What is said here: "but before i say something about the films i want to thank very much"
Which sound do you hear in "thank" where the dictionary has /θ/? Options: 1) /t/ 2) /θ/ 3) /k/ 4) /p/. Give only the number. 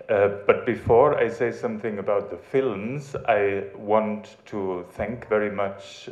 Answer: 2